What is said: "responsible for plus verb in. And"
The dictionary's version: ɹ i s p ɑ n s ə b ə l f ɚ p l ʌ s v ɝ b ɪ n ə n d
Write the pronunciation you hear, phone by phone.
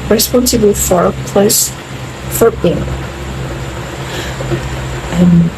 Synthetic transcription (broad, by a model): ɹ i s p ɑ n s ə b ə f ɚ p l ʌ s f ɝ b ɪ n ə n